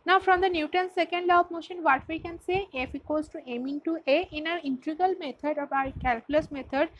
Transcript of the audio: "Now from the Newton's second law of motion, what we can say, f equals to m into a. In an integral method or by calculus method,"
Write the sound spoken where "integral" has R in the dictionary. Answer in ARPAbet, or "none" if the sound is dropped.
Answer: none